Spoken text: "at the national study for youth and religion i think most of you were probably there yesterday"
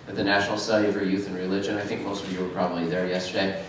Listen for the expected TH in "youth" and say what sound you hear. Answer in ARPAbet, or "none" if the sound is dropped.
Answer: TH